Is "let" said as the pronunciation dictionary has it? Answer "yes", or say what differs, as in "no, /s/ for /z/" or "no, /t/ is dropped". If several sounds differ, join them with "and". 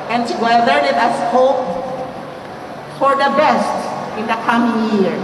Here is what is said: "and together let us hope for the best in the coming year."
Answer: no, /n/ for /l/